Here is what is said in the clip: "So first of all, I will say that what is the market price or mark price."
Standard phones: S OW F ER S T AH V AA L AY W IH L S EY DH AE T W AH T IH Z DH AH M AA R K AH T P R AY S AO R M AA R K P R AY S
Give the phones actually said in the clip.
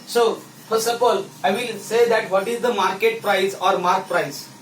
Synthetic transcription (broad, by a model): S OW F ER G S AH P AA L AY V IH L S EY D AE T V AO T IH Z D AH M AA R K AH T P R AY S AO R M AA R K P R AY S